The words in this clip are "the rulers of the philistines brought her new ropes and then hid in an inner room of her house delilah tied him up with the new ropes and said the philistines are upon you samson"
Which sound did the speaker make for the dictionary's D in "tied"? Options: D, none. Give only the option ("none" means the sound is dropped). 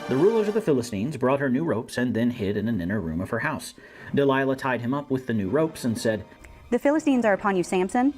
D